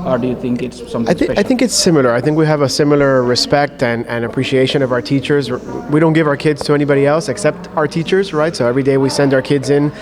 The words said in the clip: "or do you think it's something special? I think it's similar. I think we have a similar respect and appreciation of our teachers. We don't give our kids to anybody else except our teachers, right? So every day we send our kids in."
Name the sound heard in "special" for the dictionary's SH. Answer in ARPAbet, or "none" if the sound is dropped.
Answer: none